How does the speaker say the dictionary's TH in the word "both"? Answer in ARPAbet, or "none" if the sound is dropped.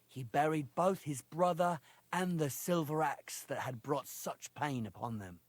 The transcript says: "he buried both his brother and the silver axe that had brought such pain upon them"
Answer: TH